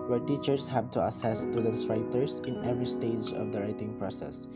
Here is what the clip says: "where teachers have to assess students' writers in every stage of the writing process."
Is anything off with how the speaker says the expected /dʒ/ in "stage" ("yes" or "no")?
no